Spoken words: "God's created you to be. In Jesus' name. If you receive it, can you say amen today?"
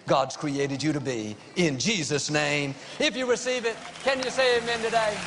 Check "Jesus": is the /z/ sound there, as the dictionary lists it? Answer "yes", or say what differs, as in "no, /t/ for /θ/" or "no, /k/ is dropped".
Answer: yes